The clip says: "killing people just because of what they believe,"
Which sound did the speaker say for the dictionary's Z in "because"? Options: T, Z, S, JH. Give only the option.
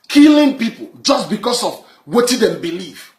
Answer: S